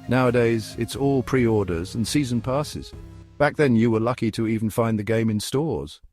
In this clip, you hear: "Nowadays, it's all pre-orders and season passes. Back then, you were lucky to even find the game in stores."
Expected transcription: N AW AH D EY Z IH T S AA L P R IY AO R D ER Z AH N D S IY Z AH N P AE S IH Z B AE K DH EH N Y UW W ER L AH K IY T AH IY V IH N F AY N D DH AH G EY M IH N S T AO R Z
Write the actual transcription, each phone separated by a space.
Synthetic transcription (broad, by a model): N AW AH D EY Z IH T S AA L P R IY AO R D ER Z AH N S IY Z AH N P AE S IH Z B AE K DH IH N Y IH W ER L AH K IY T AH IY V N F AY N DH AH G EY M IH N S T AO R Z